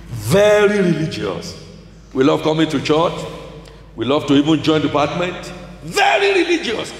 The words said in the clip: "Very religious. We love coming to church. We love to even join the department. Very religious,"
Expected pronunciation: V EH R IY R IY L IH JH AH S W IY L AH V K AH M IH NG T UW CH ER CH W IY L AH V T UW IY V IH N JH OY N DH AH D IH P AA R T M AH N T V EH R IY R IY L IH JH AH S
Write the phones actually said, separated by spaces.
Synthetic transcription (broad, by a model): V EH R IY R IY L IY JH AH S W IY L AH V K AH M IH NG T UW CH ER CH W IY L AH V T UW IY V IH N JH OY N D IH P AA T M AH N T V EH R IY R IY L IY JH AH S